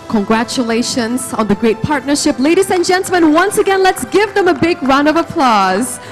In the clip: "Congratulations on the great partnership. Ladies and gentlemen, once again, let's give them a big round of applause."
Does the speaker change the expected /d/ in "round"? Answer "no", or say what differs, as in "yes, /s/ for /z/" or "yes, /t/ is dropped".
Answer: yes, /d/ is dropped